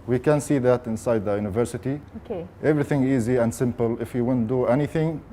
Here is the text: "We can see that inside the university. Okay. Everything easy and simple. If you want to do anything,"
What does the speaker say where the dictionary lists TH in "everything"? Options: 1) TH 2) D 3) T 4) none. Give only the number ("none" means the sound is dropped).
1